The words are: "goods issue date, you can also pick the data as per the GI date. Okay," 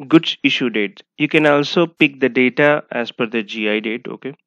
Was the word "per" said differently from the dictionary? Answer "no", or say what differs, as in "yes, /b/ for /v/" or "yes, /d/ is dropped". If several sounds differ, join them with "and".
yes, /f/ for /p/